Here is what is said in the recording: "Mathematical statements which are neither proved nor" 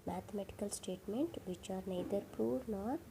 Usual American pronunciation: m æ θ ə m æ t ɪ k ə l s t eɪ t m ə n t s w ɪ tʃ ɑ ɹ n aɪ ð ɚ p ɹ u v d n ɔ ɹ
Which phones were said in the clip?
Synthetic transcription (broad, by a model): m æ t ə m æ t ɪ k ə l s t eɪ t m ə n t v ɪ tʃ ɑ ɹ n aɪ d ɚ p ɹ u d n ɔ ɹ